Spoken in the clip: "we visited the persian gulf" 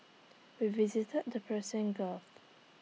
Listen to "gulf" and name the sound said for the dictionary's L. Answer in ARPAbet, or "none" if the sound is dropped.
none